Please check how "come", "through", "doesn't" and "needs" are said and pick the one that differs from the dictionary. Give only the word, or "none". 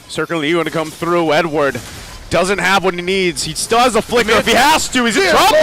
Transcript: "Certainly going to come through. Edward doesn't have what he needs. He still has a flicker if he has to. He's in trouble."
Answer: none